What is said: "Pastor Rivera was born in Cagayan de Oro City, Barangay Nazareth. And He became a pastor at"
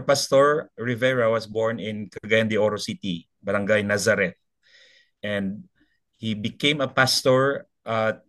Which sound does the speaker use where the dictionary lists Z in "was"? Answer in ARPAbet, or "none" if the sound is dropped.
S